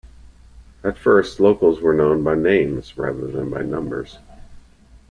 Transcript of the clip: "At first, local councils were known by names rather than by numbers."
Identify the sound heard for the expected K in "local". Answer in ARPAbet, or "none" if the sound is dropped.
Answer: none